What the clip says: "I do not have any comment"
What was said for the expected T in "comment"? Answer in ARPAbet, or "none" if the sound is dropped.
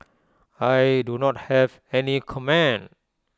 none